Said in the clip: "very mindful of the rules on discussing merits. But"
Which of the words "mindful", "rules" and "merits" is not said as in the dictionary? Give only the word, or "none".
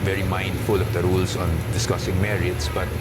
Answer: rules